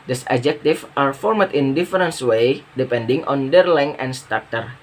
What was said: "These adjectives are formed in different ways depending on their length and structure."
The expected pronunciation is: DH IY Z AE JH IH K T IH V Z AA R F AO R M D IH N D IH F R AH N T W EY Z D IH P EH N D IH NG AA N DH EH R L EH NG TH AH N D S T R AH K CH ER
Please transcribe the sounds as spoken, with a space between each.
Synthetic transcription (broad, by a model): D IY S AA JH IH K T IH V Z AA R F AO R M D IH N D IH F R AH N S W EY D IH P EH N D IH NG AA N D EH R L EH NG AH N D S T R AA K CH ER